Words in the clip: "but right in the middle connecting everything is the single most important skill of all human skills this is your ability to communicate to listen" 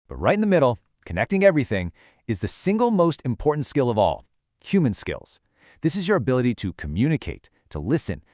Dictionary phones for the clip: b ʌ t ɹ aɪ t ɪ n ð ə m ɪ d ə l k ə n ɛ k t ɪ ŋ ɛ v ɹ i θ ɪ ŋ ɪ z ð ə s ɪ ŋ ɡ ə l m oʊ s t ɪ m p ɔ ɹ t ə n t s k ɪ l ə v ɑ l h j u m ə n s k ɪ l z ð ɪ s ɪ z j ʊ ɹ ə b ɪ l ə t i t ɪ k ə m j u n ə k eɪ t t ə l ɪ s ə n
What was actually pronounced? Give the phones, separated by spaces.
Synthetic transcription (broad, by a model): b ʌ t ɹ aɪ t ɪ n ð ə m ɪ d l k ə n ɛ k t ɪ ŋ ɛ v ɹ i θ ɪ ŋ ɪ z ð ə s ɪ ŋ ɡ l m oʊ s t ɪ m p ɔ ɹ t n t s k ɪ l ə v ɑ l h j u m ə n s k ɪ l z ð ɪ s ɪ z j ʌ ɹ ə b ɪ l ə t i t ɪ k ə m j u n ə k eɪ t t ə l ɪ s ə n